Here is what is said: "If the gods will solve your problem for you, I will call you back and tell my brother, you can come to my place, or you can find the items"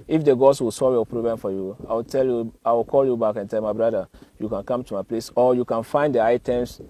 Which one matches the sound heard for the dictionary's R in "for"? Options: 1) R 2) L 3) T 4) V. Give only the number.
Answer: 2